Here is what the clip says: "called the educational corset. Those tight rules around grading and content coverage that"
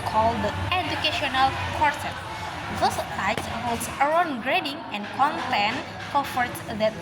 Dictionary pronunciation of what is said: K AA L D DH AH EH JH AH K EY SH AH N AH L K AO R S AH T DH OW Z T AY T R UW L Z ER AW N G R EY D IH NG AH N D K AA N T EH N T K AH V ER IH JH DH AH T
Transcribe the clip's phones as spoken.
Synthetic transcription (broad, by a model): K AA L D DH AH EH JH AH K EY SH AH N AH L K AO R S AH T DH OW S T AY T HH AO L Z ER AW N G R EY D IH NG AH N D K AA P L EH N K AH F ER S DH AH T